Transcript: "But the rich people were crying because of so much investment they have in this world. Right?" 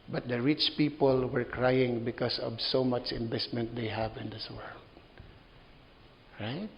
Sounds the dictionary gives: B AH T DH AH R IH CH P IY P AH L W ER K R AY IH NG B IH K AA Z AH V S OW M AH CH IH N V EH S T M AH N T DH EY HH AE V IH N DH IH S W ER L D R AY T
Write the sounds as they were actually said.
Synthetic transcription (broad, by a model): B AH T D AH R IH CH P IY P AH L W ER K R AY IH NG B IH K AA S AH V S OW M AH CH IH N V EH S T M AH N T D EY HH AE V IH N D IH S W ER L D R AY T